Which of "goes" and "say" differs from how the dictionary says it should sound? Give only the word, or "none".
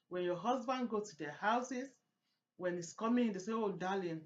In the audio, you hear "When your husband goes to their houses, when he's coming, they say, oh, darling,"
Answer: goes